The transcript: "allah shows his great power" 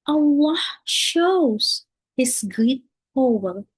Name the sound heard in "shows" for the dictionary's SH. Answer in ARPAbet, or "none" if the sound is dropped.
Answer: SH